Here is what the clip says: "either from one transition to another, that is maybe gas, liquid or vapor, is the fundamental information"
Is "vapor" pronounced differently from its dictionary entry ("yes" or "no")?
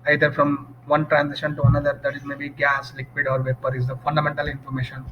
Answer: no